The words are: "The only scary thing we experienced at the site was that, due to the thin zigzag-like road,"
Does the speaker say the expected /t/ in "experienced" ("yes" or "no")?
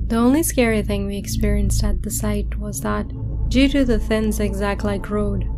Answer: yes